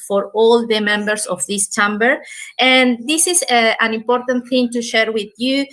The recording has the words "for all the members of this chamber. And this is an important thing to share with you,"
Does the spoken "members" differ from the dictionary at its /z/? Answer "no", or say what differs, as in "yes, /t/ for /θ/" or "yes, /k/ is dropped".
yes, /s/ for /z/